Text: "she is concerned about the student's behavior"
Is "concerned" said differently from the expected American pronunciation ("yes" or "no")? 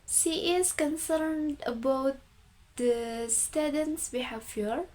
no